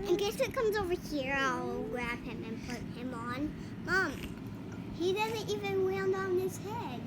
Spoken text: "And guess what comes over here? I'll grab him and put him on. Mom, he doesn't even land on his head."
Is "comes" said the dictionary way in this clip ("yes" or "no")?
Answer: yes